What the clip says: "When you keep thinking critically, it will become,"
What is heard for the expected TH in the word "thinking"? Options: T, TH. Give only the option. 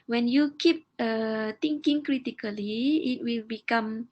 T